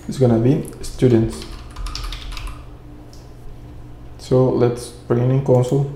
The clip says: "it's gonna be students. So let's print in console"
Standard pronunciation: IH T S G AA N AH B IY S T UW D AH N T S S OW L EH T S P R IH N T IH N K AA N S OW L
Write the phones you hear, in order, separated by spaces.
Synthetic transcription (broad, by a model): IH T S G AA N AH B IY S T UW D AH N T S S OW L EH T S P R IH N IH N K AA N S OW L